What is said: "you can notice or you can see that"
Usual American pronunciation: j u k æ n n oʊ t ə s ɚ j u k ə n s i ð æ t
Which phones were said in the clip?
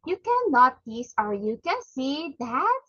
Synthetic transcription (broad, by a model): j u k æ n l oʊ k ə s ɚ j u k ə n s i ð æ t